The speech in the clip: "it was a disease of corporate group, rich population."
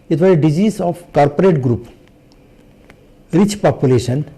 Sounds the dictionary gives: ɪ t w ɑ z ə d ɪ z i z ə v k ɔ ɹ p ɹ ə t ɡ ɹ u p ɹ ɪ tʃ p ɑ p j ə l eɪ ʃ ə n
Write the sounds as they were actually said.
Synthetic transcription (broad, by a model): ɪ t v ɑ ə d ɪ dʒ i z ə p k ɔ ɹ p ɹ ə t ɡ ɹ u p ɹ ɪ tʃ p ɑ p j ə l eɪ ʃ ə n